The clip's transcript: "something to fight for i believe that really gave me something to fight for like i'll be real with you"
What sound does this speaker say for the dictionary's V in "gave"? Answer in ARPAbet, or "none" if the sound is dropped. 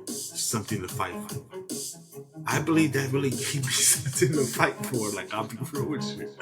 P